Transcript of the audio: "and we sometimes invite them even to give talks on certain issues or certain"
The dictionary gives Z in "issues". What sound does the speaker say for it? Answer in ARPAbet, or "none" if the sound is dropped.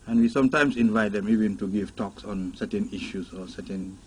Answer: S